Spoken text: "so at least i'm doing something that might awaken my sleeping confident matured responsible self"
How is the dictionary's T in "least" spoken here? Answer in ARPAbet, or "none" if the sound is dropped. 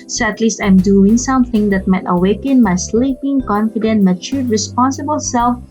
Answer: T